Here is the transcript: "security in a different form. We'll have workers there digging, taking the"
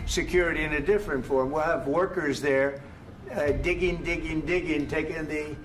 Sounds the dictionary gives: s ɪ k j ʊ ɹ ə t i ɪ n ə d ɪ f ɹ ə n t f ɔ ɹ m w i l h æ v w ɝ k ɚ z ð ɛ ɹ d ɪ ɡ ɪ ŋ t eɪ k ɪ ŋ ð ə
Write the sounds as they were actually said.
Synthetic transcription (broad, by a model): s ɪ k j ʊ ɹ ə t i ɪ n ə d ɪ f ɹ ə n t f ɔ ɹ m w i l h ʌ v w ɝ k ɚ z ð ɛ ɹ d ɪ ɡ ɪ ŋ t eɪ k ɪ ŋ ð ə